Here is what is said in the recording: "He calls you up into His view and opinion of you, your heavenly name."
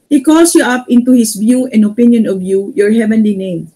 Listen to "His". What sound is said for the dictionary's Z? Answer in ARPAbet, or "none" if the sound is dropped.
S